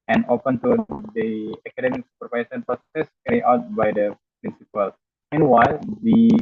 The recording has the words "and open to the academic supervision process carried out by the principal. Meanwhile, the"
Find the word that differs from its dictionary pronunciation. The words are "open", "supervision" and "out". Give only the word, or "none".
supervision